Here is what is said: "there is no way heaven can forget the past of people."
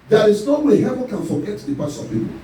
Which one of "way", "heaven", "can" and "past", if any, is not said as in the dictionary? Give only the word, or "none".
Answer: past